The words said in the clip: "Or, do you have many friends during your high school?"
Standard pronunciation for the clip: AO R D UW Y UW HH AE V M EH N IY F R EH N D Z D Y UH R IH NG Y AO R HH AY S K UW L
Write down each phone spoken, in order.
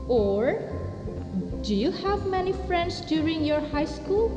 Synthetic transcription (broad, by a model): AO R D UW Y UW HH AE V M EH N IY F R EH N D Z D Y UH R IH NG Y AO R HH AY S K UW L